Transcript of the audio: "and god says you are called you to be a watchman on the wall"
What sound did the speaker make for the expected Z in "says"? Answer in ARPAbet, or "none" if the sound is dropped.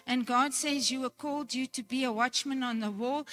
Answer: Z